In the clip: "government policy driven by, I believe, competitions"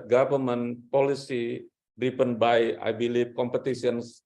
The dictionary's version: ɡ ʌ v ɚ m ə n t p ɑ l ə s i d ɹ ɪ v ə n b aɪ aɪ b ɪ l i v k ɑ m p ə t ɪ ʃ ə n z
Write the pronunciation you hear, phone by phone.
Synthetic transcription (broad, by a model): ɡ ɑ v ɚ m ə n p ɑ l ə s i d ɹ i p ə n b aɪ aɪ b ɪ l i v k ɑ m p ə t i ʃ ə n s